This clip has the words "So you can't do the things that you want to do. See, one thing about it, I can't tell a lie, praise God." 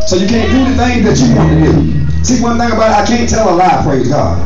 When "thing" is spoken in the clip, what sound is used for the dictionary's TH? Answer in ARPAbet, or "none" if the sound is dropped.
TH